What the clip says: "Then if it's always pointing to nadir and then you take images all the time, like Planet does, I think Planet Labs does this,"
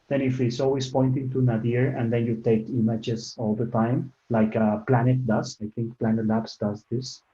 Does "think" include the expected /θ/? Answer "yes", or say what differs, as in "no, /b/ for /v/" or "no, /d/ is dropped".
no, /t/ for /θ/